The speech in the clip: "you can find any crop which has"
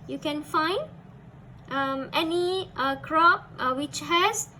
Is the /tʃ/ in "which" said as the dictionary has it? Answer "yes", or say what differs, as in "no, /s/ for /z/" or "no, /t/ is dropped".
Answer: yes